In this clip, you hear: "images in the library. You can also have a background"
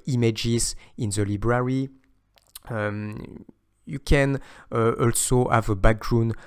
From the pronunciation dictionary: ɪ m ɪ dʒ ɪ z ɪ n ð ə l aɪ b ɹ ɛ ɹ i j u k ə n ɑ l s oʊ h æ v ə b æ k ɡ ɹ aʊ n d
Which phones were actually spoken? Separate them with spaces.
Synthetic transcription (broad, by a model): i m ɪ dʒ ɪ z ɪ n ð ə l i b ɹ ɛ ɹ i j u k ə n ɑ l s oʊ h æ v ə b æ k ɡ ɹ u n